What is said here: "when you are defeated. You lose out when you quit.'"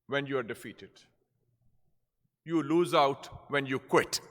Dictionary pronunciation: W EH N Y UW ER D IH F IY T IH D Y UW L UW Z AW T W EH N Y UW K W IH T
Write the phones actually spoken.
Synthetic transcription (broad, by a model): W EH N Y UW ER D IH F IY T IH D Y UW L UW Z AW T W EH N Y UW K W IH T